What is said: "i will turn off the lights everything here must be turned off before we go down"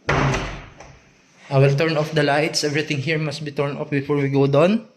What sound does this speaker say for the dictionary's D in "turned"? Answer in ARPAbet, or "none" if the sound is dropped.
none